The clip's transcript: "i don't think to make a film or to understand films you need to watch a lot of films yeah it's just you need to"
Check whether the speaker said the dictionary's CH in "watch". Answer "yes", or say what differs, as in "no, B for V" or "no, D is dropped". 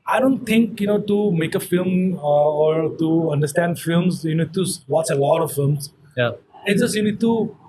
no, S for CH